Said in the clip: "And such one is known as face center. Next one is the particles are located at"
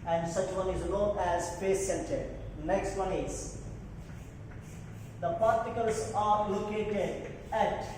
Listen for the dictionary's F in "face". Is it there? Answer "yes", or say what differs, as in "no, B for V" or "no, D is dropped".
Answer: no, P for F